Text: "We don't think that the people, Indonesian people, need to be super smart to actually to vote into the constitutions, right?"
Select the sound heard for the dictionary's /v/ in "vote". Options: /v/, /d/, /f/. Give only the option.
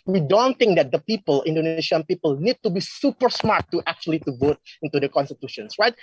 /v/